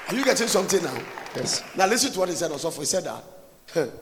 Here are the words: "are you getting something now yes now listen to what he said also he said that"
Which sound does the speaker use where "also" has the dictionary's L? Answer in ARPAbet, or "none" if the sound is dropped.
none